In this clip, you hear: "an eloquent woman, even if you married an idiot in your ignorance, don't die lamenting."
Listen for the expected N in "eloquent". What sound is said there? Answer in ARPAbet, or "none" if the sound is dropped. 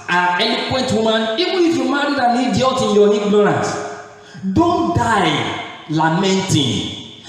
N